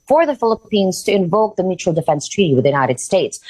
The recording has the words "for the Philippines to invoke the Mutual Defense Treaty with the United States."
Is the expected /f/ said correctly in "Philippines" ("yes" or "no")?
yes